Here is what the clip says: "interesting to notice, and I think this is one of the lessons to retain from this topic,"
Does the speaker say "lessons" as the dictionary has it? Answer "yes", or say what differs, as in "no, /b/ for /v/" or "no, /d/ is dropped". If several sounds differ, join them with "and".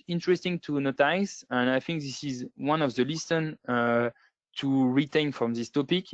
no, /z/ is dropped